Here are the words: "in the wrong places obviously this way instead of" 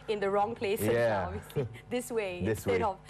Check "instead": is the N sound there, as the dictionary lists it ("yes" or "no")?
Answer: no